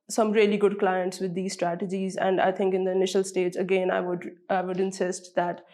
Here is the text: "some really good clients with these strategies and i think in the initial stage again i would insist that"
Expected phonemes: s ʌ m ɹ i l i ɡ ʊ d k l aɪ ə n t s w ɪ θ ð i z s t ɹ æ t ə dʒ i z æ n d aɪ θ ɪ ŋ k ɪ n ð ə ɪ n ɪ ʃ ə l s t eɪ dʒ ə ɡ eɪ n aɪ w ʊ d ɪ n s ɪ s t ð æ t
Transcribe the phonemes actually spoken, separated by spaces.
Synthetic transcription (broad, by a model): s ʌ m ɹ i l i ɡ ʊ d k l aɪ ə n t s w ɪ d i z s t ɹ æ t ə dʒ i z æ n d aɪ t ɪ ŋ k ɪ n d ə ɪ n ɪ ʃ ə l s t eɪ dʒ ə ɡ eɪ n aɪ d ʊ d ɪ n s ɪ s t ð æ t